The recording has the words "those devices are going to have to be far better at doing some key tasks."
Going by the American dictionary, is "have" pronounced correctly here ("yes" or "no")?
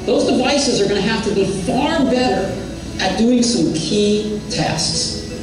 no